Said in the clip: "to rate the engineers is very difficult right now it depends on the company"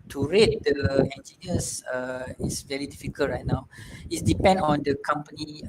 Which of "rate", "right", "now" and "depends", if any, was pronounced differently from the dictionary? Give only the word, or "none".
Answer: depends